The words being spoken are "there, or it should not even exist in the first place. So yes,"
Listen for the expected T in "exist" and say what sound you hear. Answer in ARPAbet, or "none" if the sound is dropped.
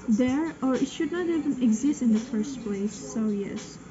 T